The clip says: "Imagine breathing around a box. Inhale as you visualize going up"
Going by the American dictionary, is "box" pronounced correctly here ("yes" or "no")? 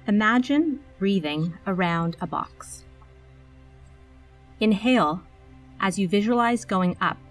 yes